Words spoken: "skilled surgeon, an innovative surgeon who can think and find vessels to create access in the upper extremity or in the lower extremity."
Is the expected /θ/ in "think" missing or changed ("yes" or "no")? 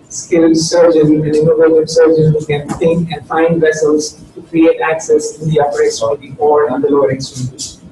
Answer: yes